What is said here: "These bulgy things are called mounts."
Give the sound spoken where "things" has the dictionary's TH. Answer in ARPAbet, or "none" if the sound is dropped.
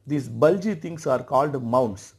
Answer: T